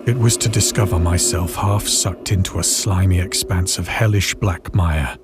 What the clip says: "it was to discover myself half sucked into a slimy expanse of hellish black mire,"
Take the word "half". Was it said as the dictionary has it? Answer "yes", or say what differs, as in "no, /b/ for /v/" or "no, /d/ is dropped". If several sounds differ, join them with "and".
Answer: yes